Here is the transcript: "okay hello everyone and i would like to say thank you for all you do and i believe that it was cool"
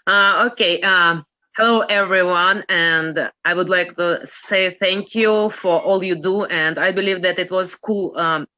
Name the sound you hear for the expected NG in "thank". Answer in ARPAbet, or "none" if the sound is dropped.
NG